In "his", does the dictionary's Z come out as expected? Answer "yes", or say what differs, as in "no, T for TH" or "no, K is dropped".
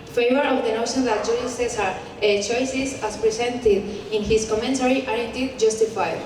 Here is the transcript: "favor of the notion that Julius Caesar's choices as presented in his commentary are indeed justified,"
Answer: no, S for Z